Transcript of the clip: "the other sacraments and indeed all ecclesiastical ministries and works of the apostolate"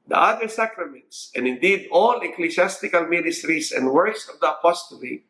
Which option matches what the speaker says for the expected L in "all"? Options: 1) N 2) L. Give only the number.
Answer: 2